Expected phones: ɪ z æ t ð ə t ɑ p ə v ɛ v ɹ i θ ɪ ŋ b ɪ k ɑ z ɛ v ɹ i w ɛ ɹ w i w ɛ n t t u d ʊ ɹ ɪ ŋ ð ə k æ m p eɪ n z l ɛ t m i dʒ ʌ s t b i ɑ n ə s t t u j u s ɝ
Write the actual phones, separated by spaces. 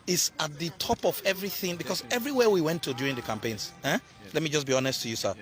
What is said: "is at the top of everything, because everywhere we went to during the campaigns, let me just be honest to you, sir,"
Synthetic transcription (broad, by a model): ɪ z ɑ t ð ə t ɑ p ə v ɛ v ɹ i θ ɪ ŋ b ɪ k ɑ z ɛ v ɹ i w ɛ w i w ɛ n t t u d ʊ ɹ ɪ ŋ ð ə k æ m p eɪ n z l ɛ t m i dʒ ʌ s b i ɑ n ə s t t u j u s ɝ